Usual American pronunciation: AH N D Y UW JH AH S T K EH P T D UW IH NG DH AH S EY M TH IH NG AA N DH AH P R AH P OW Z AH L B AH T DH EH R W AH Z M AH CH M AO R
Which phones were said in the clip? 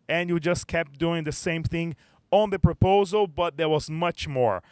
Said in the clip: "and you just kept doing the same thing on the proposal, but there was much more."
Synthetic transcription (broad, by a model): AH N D Y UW JH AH S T K EH P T D UW IH NG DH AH S EY M TH IH NG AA N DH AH P R AH P OW Z AH L B AH T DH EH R W AH Z M AH CH M AO R